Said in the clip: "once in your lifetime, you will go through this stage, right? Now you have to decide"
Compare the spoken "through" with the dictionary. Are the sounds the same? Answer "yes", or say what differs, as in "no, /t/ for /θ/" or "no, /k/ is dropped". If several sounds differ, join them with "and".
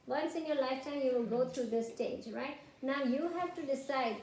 no, /t/ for /θ/